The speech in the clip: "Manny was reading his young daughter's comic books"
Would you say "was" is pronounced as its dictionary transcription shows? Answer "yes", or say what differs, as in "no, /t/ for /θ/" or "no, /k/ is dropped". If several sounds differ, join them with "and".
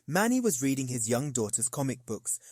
yes